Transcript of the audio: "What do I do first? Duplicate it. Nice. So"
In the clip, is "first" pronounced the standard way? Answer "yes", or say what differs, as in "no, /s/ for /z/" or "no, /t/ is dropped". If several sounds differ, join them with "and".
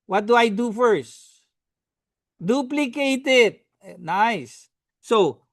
yes